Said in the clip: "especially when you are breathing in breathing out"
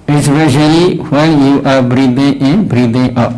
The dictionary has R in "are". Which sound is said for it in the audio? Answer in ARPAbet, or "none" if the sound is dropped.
R